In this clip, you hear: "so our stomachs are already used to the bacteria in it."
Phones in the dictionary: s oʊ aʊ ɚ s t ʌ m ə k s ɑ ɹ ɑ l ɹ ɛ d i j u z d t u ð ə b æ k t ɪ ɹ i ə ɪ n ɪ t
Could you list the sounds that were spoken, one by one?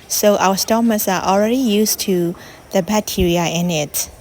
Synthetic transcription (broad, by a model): s oʊ aʊ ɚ s t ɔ m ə s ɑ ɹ ɑ l ɹ ɛ d i j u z t u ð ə b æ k t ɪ ɹ i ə ɪ n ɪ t